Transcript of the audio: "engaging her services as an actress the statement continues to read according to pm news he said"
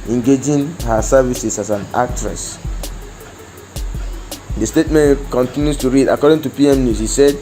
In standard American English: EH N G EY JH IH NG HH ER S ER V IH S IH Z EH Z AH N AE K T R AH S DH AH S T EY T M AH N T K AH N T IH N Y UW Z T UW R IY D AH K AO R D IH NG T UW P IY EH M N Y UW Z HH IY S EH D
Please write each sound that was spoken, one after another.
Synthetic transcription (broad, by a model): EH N G EY JH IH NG HH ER S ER V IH S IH S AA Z AH N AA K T R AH S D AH S T EY T M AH N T K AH N T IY N Y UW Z T UW R IY D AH K AO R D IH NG T UW P IY EH M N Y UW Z HH IY S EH D